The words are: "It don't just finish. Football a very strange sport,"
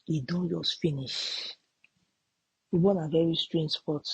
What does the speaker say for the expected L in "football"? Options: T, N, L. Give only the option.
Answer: N